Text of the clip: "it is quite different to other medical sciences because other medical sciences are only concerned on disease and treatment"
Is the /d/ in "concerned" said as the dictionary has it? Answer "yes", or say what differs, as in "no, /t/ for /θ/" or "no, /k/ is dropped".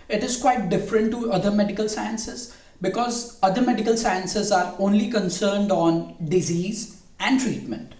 yes